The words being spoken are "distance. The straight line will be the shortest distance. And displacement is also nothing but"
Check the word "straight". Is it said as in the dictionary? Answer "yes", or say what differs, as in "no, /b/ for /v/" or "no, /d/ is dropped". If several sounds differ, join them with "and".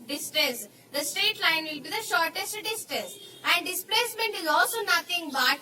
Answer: no, /ɹ/ is dropped